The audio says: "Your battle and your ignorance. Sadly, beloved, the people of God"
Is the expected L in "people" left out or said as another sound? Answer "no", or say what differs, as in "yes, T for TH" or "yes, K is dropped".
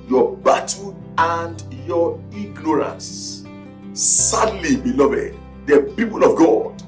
no